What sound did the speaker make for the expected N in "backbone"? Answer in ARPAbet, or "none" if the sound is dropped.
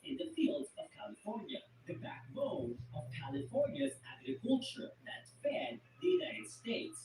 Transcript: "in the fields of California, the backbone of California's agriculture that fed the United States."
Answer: none